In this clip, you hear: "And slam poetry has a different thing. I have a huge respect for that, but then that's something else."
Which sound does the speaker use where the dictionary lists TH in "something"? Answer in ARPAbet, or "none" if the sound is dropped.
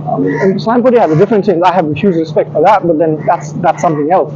TH